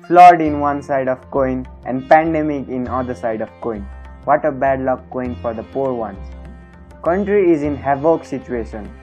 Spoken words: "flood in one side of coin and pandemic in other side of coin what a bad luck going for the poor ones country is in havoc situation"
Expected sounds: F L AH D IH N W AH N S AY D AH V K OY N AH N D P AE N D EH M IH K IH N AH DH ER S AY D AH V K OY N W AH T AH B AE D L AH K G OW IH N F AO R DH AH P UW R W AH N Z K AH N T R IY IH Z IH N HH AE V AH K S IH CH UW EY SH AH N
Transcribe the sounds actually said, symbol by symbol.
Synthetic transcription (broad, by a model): F L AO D IH N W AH N S AY D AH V K OY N AH N D P AE N D EH M IH K IH N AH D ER S AY D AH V K OY N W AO T AH B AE D L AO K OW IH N F AO R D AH P UW R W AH N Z K AH N T R IY IH Z IH N HH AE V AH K S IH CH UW EY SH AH N